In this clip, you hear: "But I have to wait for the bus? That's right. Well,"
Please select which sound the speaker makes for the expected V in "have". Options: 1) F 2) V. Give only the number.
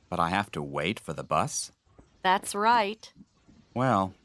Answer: 1